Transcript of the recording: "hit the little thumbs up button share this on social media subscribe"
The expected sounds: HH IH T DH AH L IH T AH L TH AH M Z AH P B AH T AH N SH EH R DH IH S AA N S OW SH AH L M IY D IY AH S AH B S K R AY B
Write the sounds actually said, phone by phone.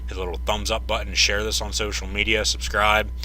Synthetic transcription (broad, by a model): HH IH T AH L IH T L TH AH M Z AH P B AH T N SH EH R DH IH S N S OW SH L M IY D IY AH S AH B S K R AY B